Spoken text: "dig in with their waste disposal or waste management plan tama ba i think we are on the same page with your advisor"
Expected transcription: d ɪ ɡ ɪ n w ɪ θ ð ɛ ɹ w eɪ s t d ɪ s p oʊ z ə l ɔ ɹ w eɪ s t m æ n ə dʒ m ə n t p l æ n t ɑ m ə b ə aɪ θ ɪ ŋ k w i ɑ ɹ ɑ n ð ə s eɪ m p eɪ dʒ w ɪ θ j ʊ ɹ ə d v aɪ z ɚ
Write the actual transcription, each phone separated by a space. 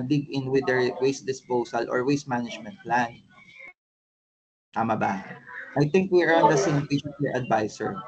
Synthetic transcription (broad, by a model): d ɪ ɡ ɪ n w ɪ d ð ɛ ɹ w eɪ s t d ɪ s p oʊ s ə l ɔ ɹ w eɪ s t m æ n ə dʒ m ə n t p l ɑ n t ɑ m ə b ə aɪ t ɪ ŋ k w i ɹ ɑ n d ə s eɪ m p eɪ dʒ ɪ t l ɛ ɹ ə d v aɪ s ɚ